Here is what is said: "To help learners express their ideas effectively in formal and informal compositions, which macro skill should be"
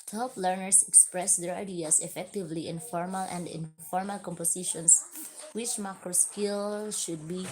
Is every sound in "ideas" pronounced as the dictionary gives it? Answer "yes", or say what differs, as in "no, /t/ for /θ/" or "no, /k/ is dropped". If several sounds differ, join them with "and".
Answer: no, /s/ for /z/